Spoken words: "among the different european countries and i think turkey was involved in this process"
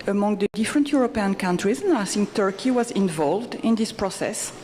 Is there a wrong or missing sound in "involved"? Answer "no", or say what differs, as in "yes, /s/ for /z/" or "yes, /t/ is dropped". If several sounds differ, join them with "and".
no